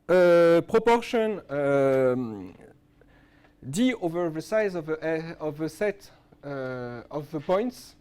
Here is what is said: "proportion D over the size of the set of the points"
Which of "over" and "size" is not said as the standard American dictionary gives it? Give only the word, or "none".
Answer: none